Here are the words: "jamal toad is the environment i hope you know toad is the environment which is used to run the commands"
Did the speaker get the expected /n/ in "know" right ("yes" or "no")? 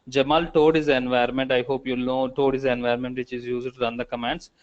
no